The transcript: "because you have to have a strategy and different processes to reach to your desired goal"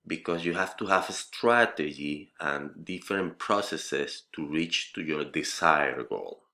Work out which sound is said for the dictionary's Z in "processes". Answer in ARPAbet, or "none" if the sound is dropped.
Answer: S